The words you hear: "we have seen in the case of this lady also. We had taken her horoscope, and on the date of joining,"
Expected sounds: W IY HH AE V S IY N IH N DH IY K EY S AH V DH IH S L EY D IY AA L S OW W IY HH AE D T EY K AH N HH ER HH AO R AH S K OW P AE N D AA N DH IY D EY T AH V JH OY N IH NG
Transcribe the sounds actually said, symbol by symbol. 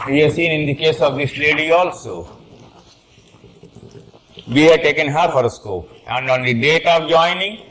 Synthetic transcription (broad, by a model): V IY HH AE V S IY N IH N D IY K EY S AH V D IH S L EY D IY AA L S OW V IY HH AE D T EY K AH N HH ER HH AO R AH S K OW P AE N D AA N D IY D EY T AH V JH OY N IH NG